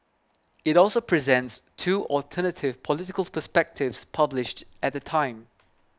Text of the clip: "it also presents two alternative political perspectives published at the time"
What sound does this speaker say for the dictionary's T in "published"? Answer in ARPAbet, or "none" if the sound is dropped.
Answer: T